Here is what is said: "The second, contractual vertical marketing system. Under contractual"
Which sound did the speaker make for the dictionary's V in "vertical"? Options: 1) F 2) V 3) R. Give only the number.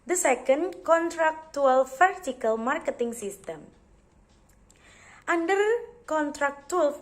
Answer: 1